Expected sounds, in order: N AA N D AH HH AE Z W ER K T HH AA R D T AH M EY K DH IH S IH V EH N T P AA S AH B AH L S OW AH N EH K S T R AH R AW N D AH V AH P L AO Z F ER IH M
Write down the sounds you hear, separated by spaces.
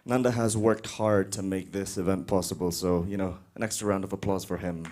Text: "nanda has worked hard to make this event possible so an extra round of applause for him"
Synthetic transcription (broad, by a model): N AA N D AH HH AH Z W ER K T HH AA R D T AH M EY K DH IH S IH V EH N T P AA S AH B AH L S OW AH N EH K S T AH R AW N D AH V AH P L AO Z F ER IH M